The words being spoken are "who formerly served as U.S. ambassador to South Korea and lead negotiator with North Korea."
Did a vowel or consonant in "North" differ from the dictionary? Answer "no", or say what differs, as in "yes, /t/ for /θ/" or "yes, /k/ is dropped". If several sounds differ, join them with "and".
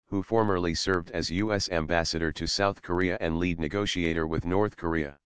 no